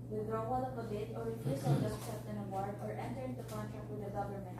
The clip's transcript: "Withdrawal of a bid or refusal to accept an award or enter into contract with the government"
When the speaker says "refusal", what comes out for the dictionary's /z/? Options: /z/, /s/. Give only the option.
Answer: /s/